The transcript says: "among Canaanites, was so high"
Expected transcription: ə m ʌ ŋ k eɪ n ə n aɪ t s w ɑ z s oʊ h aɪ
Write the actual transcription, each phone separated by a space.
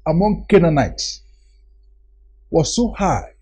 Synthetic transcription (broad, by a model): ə m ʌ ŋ k eɪ n ə n aɪ t s w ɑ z s oʊ h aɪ